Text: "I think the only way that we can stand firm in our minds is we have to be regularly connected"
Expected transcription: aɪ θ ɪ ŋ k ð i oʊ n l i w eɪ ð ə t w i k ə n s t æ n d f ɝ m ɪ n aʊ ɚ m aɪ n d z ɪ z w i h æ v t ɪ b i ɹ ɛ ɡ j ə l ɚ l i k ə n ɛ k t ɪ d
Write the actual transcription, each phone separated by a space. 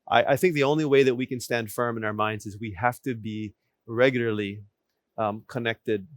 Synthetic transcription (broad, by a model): aɪ θ ɪ ŋ k ð i oʊ n l i w eɪ ð ə t w i k ə n s t æ n d f ɝ m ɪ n aʊ ɚ m aɪ n d z ɪ z w i h æ f t ɪ b i ɹ ɛ ɡ j l ɚ l i k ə n ɛ k t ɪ d